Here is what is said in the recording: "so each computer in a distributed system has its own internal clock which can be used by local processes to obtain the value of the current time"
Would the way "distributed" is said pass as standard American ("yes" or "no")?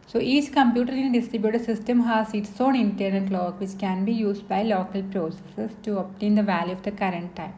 yes